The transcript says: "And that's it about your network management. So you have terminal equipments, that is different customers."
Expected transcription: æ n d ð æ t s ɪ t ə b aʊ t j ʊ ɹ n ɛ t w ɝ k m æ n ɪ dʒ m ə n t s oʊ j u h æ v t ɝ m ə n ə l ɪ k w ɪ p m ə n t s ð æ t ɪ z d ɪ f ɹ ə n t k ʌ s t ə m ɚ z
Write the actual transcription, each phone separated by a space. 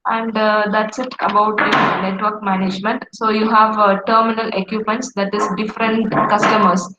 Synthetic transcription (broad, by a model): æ n d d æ t s ɪ t ə b aʊ t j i n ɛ t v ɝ k m æ n ɪ dʒ m ə n t s oʊ j u h æ v t ɝ m ə n ə l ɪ k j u p m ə n t s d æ t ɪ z d ɪ f ɹ ə n t k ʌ s t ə m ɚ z